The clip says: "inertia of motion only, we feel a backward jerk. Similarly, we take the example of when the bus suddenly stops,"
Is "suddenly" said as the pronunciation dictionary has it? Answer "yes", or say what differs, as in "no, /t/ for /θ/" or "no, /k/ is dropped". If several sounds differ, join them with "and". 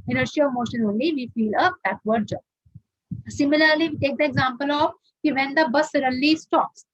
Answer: no, /n/ is dropped